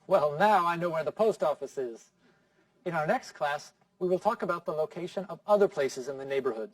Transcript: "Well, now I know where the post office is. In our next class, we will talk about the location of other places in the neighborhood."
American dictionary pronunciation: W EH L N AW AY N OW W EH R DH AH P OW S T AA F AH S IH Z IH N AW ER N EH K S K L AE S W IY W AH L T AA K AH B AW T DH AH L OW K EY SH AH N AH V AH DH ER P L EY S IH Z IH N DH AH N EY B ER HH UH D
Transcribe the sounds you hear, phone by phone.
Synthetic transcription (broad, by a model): W EH L N AW AY N OW W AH R DH AH P OW S T AA F AH S IH Z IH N AW ER N EH K S K L AE S W IY W AH L T AA K AH B AW T DH AH L OW K EY SH AH N AH V AH DH ER P L EY S IH Z IH N DH AH N EY B ER HH UH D